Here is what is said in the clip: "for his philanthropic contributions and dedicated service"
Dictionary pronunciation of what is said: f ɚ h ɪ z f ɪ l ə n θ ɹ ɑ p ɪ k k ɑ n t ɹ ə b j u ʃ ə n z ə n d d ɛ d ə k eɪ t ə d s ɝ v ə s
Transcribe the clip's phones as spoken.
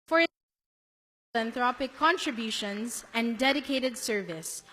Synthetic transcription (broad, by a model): f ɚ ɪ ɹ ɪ ə n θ ɹ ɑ p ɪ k k ɑ n t ɹ ə b j u ʃ ə n z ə n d d ɛ d ə k eɪ t ə d s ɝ v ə s